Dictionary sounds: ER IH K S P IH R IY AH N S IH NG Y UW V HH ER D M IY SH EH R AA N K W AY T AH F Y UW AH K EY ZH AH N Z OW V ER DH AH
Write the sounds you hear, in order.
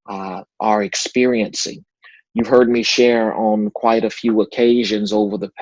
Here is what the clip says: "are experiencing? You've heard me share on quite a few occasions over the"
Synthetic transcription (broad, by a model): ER IH K S P IH R IY AH N S IH NG Y UW V HH ER D M IY SH EH R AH N K W AY T AH F Y UW AH K EY ZH AH N Z OW V ER DH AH